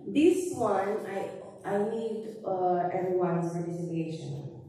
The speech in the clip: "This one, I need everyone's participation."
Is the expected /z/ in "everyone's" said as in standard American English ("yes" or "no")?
no